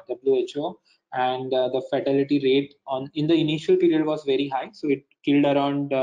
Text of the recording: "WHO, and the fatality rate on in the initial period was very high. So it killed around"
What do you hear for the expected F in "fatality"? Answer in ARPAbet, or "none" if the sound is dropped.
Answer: F